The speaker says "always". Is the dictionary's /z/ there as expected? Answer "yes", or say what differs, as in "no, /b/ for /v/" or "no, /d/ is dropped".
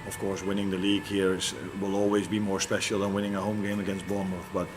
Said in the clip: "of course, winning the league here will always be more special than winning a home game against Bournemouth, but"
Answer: yes